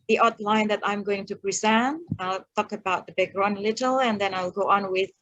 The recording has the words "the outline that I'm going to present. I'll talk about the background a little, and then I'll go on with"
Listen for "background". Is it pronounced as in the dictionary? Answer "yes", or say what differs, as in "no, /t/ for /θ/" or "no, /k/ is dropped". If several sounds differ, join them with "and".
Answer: no, /d/ is dropped